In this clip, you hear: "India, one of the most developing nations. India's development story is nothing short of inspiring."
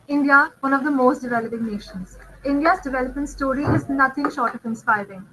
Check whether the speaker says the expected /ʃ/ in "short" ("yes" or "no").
yes